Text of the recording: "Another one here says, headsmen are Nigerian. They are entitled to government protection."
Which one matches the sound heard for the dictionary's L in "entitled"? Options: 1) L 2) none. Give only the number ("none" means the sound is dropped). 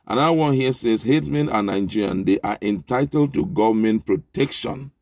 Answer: 1